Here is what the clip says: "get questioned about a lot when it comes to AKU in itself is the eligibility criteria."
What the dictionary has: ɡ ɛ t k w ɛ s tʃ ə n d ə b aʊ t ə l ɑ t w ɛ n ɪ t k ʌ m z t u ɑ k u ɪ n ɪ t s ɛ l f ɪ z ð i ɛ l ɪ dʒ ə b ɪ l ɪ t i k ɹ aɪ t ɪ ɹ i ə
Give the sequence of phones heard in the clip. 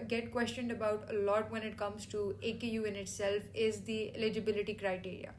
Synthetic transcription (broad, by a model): ɡ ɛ t k w ɛ s tʃ ə n d ə b aʊ t ə l ɑ t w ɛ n ɪ t k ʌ m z t u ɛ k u ɪ n ɪ t s ɛ l f ɪ z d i ɛ l ɪ dʒ ə b ɪ l ɪ t i k ɹ aɪ t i ɹ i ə